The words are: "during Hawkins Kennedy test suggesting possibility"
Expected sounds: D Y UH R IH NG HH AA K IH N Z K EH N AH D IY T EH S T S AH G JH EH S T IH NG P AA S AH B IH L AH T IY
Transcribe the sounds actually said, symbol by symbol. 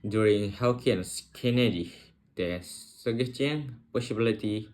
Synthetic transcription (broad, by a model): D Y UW R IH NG HH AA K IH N S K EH N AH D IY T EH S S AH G EH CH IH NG P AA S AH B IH L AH T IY